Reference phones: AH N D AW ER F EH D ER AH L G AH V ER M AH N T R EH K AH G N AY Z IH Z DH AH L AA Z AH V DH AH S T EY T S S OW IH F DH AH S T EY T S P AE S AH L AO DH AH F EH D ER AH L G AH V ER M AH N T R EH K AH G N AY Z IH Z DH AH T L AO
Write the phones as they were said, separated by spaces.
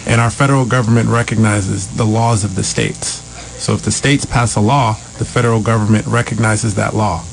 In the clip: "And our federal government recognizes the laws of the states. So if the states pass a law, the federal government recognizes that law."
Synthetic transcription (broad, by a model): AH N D AW ER F EH D ER L G AH V ER M AH N T R EH K AH G N AY Z IH Z DH AH L AA Z AH V DH AH S T EY T S S OW IH F DH AH S T EY T S P AE S AH L AO DH AH F EH D ER L G AH V ER M AH N T R EH K AH G N AY Z IH Z DH AH T L AO